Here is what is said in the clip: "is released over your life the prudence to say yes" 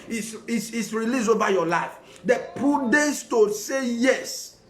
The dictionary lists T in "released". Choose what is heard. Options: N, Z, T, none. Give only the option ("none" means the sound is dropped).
none